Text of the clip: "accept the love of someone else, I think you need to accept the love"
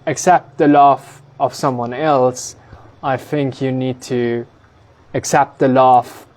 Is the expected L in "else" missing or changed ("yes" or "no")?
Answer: no